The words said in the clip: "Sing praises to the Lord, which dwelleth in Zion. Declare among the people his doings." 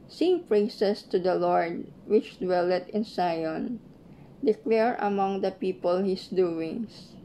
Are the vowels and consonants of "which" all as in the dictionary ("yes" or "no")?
yes